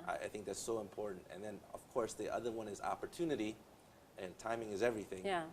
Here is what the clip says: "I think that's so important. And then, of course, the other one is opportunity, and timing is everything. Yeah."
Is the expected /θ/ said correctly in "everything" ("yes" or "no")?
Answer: yes